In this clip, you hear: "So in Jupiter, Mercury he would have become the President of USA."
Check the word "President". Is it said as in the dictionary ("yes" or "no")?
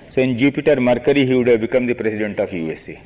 no